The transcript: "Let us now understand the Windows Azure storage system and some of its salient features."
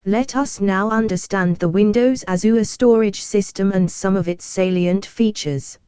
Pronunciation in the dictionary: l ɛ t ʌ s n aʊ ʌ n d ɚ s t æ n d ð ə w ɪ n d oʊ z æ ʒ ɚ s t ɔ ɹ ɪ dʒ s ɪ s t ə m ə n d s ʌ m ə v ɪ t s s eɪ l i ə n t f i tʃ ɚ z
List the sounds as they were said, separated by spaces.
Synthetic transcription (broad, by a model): l ɛ t ʌ s n aʊ ʌ n d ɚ s t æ n ð ə w ɪ n d oʊ z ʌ z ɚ s t ɔ ɹ ɪ dʒ s ɪ s t ə m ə n s ʌ m ə v ɪ t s s eɪ l i ə n t f i tʃ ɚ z